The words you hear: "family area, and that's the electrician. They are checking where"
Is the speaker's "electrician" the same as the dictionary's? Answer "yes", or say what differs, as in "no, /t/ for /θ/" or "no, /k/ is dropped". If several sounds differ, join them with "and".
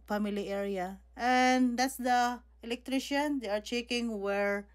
yes